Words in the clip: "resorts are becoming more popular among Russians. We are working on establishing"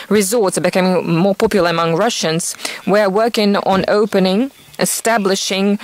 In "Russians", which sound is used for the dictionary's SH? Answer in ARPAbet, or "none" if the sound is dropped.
SH